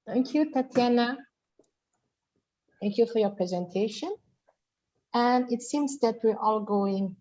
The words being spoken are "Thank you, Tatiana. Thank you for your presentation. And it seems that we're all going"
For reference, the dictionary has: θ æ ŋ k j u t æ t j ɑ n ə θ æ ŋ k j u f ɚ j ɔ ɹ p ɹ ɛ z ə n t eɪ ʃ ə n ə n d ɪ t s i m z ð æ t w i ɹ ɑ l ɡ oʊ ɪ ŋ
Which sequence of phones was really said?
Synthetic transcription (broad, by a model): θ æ ŋ k j u t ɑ t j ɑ n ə θ æ ŋ k j u f ɚ j ɔ ɹ p ɹ ɛ z ə n t eɪ ʃ ə n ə n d ɪ t s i m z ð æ t w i ɹ ɑ l ɡ oʊ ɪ ŋ